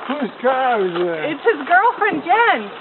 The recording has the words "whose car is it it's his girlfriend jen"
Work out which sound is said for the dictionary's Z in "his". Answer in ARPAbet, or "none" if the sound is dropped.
Z